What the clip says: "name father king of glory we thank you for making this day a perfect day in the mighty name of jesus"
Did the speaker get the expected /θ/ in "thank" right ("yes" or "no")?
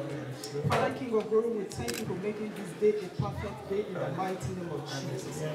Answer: no